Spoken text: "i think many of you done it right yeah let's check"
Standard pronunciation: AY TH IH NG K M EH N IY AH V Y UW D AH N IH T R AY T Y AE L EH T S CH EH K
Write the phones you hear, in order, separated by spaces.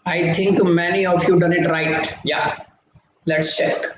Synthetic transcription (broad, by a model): AY T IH NG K M EH N IY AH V Y UW D AH N IH T R AY T Y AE L EH T S CH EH K